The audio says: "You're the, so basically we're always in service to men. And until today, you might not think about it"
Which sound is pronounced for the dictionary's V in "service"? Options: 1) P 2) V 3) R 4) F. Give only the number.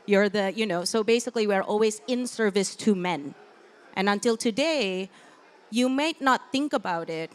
2